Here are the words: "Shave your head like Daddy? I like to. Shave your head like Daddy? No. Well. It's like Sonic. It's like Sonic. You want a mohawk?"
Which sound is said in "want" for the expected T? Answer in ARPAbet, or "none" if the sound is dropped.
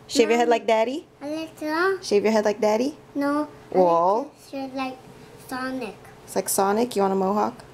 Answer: none